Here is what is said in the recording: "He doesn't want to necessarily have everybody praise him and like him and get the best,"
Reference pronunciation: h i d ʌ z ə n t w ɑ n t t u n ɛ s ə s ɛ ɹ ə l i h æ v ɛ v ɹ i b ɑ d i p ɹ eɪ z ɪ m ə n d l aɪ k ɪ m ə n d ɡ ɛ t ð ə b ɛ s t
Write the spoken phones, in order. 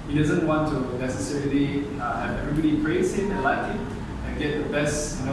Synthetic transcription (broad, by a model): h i d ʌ z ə n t w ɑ n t t u n ɛ s ə s ɛ ɹ ə l i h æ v ɛ v ɹ i b ɑ d i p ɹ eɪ s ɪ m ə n l aɪ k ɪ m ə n ɡ ɛ t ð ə b ɛ s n